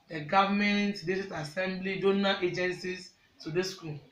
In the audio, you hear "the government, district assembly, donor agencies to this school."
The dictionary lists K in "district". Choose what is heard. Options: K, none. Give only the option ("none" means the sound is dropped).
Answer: none